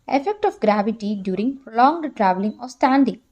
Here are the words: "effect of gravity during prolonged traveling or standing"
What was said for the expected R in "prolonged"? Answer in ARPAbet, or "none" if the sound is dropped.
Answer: R